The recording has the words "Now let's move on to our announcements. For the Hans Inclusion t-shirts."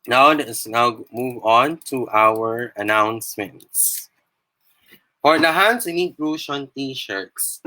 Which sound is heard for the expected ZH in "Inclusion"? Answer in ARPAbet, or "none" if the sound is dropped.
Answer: SH